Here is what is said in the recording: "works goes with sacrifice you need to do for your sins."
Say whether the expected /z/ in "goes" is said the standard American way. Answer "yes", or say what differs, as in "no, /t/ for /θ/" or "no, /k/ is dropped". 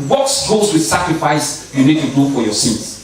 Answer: no, /s/ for /z/